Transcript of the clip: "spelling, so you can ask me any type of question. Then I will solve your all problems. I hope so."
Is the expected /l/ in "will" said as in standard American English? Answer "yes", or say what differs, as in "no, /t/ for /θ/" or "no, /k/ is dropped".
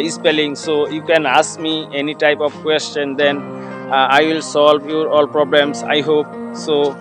yes